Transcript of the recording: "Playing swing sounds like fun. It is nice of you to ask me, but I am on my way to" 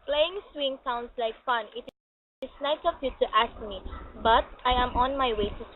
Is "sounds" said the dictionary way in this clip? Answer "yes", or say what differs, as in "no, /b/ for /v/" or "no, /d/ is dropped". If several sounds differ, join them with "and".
no, /s/ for /z/